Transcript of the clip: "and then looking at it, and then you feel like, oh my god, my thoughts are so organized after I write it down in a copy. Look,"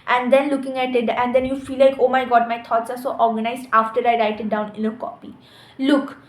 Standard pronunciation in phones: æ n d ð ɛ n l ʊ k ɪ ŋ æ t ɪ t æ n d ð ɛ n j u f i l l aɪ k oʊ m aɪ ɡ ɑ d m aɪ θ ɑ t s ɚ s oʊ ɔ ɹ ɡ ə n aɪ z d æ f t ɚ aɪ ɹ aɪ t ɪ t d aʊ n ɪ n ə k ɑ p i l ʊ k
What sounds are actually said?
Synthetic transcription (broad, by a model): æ n d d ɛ n l ʊ k ɪ ŋ æ t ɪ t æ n d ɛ n j u f i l l aɪ k oʊ m aɪ ɡ ɑ d m aɪ t ɑ t s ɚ s oʊ ɔ ɹ ɡ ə n aɪ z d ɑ f t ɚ aɪ ɹ aɪ t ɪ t d aʊ n ɪ n ə k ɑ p i l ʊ k